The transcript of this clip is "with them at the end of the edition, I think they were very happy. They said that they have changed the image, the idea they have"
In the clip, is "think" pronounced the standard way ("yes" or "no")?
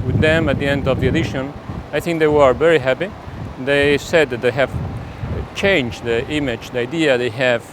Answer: yes